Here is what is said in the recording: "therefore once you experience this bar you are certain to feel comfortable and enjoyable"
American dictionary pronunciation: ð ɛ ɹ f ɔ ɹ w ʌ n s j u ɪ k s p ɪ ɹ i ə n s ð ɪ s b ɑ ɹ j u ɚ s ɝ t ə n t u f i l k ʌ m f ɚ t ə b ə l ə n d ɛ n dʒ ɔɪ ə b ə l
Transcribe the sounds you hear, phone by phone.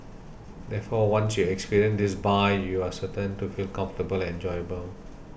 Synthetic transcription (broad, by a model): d ɛ f ɔ w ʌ n s j u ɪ k s p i ɹ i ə n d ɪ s b ɑ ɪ j u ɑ s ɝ t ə n t u f i l k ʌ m f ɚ t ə b ə l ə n ɛ n dʒ ɔɪ ə b ə l